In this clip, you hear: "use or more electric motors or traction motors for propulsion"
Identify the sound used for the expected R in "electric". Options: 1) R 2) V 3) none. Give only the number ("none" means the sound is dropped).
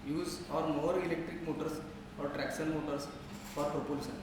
1